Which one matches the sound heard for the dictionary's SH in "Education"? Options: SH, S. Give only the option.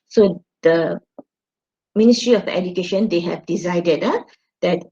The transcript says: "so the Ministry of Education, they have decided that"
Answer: SH